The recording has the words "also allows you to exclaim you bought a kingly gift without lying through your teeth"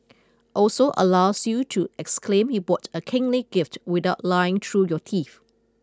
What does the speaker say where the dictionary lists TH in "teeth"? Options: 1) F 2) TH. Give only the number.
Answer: 1